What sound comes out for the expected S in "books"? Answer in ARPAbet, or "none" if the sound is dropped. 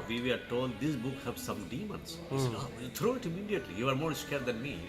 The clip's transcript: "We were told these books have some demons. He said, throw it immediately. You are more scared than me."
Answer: none